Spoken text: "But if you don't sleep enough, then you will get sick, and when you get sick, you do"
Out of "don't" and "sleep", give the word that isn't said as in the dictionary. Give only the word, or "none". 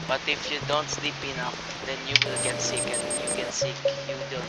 none